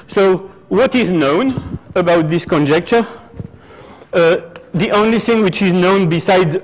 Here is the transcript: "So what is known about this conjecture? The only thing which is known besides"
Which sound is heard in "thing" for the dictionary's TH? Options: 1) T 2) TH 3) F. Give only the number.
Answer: 2